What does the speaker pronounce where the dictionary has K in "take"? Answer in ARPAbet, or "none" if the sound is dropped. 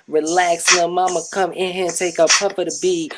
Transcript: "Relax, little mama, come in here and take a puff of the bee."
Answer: K